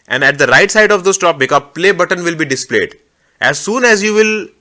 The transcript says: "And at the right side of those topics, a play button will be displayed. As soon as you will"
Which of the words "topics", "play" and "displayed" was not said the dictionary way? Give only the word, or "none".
topics